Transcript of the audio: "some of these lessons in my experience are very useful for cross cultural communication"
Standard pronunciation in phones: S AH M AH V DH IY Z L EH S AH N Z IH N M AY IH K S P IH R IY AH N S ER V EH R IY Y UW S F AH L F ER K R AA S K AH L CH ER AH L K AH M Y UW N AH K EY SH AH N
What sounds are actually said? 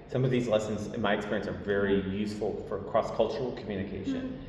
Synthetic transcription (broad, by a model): S AH M AH V DH IY Z L EH S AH N Z IH N M AY IH K S P IH R IY AH N S ER V EH R IY Y UW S F L F ER K R AA S K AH L CH ER L K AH M Y UW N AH K EY SH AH N